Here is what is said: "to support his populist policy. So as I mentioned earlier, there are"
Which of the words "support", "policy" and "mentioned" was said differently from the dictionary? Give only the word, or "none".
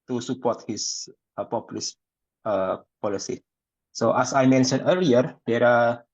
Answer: mentioned